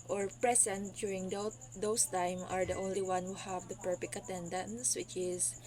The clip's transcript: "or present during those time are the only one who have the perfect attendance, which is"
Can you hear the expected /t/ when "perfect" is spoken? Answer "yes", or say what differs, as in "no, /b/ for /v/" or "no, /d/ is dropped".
no, /t/ is dropped